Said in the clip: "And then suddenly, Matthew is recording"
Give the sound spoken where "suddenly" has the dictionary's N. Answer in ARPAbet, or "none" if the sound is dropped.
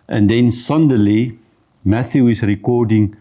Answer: none